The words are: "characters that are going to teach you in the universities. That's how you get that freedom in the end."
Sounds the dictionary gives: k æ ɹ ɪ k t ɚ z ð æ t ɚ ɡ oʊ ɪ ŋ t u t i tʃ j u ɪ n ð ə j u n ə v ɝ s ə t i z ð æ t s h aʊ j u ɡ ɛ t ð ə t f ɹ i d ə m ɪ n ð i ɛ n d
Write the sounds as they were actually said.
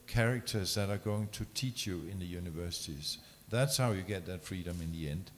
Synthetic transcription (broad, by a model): k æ ɹ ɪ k t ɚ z ð æ t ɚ ɡ oʊ ɪ ŋ t u t i tʃ j u ɪ n ð ə j u n ə v ɝ s ə t i z ð æ t s h aʊ j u ɡ ɛ t ð ə t f ɹ i d ə m ɪ n ð i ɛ n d